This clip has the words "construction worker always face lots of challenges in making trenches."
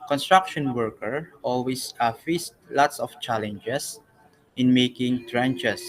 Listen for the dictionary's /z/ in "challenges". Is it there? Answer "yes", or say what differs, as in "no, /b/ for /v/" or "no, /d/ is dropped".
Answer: no, /s/ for /z/